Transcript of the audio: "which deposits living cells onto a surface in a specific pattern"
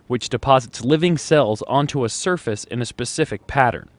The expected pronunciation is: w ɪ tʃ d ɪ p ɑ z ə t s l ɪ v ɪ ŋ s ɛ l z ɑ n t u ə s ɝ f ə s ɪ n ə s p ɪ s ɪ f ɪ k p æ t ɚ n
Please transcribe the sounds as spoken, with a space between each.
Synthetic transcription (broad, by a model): w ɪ tʃ d ɪ p ɑ z ə t s l ɪ v ɪ ŋ s ɛ l z ɑ n t u ə s ɝ f ə s ɪ n ə s p ɪ s ɪ f ɪ k p æ t ɚ n